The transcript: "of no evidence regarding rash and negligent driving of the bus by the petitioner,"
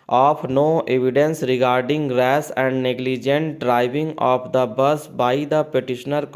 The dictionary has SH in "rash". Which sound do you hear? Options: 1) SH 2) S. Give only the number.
2